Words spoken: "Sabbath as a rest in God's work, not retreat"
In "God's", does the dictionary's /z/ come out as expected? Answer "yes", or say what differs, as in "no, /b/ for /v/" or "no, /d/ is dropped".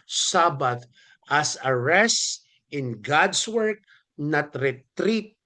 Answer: no, /s/ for /z/